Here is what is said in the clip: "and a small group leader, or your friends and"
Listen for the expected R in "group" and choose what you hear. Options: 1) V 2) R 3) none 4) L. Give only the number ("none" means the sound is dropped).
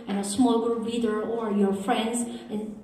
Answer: 3